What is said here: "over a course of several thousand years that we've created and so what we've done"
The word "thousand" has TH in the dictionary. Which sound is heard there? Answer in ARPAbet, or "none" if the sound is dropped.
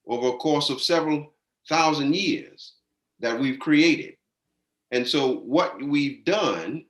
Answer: TH